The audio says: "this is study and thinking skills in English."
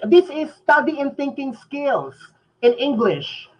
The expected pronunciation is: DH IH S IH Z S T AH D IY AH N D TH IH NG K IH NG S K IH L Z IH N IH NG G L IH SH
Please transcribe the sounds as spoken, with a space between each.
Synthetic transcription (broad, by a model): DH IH S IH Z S T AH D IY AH N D TH IH NG K IH NG S K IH L S IH N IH NG G L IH SH